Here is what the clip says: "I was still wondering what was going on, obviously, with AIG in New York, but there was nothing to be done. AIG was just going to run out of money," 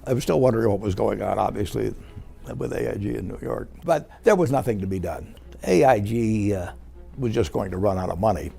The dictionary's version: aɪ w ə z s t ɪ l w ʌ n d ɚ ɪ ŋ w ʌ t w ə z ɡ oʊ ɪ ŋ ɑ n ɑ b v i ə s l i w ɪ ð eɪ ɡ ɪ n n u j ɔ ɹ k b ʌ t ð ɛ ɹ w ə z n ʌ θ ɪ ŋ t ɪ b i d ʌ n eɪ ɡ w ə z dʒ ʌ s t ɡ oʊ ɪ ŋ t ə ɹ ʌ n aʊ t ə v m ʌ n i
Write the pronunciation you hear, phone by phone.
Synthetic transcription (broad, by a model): aɪ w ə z s t ɪ l w ʌ n d ɚ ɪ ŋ w ʌ t w ə z ɡ oʊ ɪ ŋ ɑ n ɑ b v i ə s l i w ɪ ð eɪ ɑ ɪ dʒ n u j ɔ ɹ k b ʌ t ð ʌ ɹ w ə z n ʌ θ ɪ ŋ t ɪ b i d ʌ n eɪ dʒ w ə z dʒ ʌ s ɡ oʊ ɪ ŋ t ə ɹ ʌ n aʊ t ə v m ʌ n i